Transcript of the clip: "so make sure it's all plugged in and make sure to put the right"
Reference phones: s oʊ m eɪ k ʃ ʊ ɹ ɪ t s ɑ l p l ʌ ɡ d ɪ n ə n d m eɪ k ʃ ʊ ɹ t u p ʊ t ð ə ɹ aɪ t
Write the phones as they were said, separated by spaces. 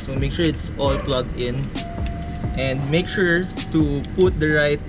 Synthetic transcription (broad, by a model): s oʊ m eɪ k ʃ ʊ ɹ ɪ t s ɑ l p l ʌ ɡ ɪ n ə n d m eɪ k ʃ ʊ ɹ t u p ʊ t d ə ɹ aɪ t